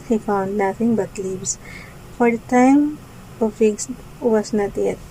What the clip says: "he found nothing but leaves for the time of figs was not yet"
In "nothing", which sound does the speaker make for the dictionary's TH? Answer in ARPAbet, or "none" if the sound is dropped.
F